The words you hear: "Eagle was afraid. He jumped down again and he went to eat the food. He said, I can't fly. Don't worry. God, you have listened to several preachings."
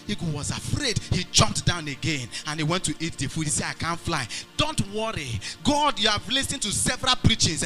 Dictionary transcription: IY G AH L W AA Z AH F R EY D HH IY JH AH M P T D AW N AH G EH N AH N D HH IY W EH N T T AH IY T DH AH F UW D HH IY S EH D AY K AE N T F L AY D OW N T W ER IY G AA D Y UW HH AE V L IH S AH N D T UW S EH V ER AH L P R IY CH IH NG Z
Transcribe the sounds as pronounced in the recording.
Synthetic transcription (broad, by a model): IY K W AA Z AH F R EY D HH IY JH AH M P T D AW N AH G EH N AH N HH IY W EH N T T IY T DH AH F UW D HH IY S EH D AY K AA N T F L AY D OW N T W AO IY G AA D Y UW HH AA V L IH S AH N T UW S EH V ER AH L P R IY CH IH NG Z